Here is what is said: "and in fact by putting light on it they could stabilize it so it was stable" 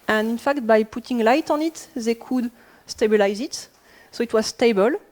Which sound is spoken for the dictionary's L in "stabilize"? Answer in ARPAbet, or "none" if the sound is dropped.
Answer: L